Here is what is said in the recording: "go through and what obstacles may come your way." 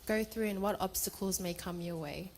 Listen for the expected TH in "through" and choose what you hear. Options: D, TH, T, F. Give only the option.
TH